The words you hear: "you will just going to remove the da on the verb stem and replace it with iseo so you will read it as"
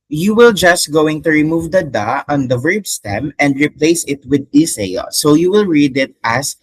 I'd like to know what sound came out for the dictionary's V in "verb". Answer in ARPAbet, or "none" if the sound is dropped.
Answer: V